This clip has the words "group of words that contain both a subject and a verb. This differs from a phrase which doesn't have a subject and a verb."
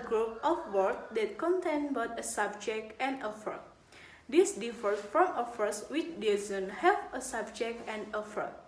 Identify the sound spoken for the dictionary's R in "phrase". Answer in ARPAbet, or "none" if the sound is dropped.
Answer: none